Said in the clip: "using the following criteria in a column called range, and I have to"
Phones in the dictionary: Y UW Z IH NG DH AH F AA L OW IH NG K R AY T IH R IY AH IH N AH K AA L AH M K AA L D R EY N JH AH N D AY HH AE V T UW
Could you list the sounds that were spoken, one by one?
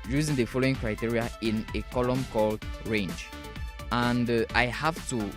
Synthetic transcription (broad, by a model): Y UW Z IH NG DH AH F AA L OW IH NG K R AY T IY R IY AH IH N AH K AA L AH M K AA L D R EY N JH AH N D AY HH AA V T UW